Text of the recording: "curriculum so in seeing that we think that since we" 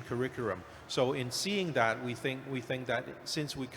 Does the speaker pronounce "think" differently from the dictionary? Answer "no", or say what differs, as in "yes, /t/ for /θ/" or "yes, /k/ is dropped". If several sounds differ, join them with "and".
no